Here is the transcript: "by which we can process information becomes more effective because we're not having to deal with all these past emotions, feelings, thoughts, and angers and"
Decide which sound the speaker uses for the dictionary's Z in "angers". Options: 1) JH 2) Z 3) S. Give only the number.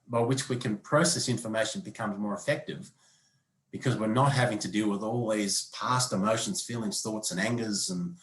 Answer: 2